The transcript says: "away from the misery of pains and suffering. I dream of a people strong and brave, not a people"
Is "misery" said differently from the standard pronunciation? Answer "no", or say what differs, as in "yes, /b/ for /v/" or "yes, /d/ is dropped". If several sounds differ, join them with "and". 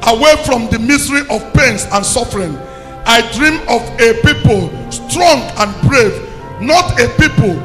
yes, /s/ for /z/